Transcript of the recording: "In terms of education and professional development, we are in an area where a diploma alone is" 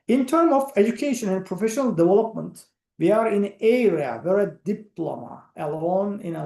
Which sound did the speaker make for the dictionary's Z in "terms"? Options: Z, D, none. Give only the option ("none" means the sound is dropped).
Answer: none